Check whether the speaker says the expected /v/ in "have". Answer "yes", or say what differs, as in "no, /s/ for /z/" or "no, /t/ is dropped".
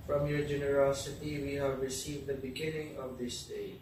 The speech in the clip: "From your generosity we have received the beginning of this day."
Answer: yes